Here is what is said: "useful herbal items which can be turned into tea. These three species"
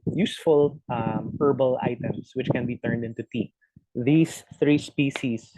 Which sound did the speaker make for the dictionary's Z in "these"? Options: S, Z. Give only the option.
S